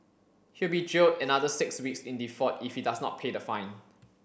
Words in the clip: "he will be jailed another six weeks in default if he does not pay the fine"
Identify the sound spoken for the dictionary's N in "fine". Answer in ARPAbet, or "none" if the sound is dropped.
N